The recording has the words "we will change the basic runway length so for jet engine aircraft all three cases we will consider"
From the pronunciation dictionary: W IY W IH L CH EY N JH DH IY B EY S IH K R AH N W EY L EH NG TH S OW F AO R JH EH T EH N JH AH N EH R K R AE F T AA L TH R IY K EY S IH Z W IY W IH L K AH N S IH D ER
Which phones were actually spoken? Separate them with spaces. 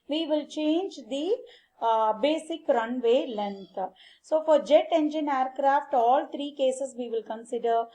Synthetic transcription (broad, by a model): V IY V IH L CH EY N JH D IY B EY S IH K R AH N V EY L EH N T S OW F AO R JH EH T EH N JH AH N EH R K R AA F T AA L T R IY K EY S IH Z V IY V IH L K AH N S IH D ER